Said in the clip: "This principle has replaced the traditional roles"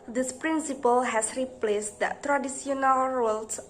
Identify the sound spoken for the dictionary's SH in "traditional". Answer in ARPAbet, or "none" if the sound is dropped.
S